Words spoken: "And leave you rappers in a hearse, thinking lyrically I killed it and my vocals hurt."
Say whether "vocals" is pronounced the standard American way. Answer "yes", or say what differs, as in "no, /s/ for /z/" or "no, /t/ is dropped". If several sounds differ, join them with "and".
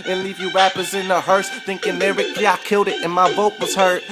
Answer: no, /b/ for /v/ and /l/ is dropped